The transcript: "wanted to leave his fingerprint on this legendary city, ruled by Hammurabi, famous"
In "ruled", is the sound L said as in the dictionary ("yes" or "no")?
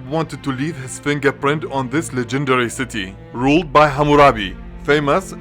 yes